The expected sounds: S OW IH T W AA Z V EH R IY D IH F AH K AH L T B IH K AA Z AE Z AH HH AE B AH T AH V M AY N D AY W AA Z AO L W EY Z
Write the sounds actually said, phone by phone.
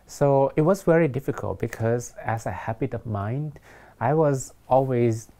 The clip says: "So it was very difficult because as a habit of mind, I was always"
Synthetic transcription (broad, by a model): S OW IH T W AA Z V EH R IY D IH F AH K AH L T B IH K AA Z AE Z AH HH AE B AH T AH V M AY N D AY W AA Z AO L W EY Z